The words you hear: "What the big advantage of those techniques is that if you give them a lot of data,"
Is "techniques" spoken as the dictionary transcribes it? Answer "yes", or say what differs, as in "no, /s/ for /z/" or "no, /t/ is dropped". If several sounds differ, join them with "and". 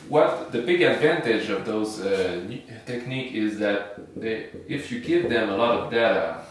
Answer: no, /s/ is dropped